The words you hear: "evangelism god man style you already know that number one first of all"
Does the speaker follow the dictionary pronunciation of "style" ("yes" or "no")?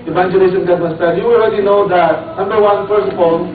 no